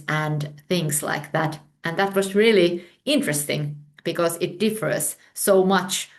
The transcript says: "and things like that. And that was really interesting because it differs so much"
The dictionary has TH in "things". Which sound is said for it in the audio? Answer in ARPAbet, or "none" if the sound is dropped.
TH